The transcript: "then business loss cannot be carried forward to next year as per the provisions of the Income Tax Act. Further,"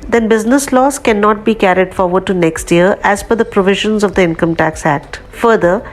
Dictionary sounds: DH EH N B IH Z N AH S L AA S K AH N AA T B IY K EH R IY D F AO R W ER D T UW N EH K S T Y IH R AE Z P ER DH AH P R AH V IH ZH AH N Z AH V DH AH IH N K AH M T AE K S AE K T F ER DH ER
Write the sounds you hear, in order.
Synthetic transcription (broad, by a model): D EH N B IH Z N AH S L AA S K AH N AA T B IY K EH R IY D F AO R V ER D T UW N EH K S T Y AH R AE Z F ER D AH P R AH V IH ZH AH N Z AH V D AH IH N K AH M T AE K S AE K T F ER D ER